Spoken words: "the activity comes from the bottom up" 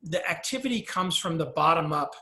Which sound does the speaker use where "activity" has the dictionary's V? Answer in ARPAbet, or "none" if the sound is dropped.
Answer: V